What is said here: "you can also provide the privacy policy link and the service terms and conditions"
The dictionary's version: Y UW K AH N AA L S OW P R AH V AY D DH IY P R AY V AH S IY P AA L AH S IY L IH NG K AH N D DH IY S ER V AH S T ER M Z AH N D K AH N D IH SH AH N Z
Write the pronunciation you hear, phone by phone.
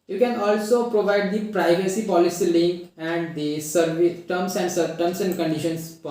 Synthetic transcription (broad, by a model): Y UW K AH N AA L S OW P R AH V AY D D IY P R AY V AH S IY P AA L AH S IY L IH NG K AH N D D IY S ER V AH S S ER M S AH N D K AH N D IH SH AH N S